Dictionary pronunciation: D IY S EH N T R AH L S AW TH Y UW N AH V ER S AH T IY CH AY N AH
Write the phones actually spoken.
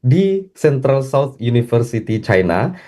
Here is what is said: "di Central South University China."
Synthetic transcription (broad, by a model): D IY S EH N T R AH L S AW T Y UW N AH F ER S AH T IY CH AY N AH